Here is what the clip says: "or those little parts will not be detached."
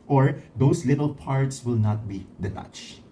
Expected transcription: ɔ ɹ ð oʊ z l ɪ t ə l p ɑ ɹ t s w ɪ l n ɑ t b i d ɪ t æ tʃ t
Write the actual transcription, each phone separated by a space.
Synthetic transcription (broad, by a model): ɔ ɹ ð oʊ s l ɪ t ə l p ɑ ɹ t s w ɪ l n ɑ t b i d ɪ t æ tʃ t